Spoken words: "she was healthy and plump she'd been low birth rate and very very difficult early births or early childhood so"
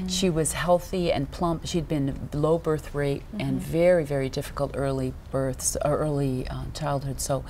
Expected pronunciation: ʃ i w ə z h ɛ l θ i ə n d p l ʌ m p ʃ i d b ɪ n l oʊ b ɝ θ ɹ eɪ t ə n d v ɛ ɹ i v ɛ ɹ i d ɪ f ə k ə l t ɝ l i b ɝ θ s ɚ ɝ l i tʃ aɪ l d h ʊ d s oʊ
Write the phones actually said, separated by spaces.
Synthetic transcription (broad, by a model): ʃ i w ə z h ɛ l θ i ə n p l ʌ m p ʃ i d b ɪ n l oʊ b ɝ θ ɹ eɪ t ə n v ɛ ɹ i v ɛ ɹ i d ɪ f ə k l t ɝ l i b ɝ θ s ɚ ɝ l i tʃ aɪ l d h ʊ d s oʊ